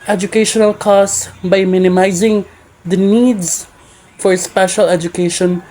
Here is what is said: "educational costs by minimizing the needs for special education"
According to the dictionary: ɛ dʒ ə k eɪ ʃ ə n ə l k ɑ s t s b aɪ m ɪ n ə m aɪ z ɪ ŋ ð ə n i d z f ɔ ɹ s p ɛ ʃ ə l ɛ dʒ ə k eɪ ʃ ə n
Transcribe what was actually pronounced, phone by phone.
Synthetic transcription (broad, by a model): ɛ dʒ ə k eɪ ʃ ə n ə l k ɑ s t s b aɪ m ɪ n ə m aɪ z ɪ ŋ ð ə n i d z f ɔ ɹ s p ɛ ʃ ə l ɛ dʒ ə k eɪ ʃ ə n